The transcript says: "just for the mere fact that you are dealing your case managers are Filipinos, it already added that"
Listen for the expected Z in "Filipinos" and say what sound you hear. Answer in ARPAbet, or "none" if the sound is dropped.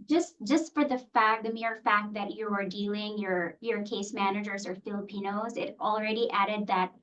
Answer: Z